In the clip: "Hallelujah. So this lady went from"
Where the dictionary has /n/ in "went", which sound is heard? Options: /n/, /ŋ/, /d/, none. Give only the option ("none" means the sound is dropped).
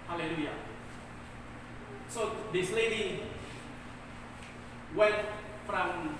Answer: none